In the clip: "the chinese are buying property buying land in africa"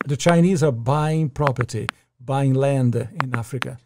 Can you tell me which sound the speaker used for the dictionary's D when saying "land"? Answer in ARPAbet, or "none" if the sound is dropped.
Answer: D